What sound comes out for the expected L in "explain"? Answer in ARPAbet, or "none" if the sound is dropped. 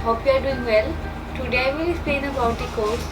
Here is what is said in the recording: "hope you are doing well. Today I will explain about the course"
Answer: none